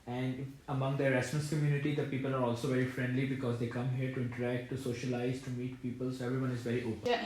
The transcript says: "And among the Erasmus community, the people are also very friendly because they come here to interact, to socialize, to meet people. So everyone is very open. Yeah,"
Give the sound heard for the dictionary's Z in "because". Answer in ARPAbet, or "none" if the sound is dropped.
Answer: Z